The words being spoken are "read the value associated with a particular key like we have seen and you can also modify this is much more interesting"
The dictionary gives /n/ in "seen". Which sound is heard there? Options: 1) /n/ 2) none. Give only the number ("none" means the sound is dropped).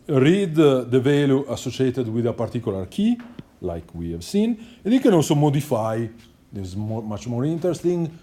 1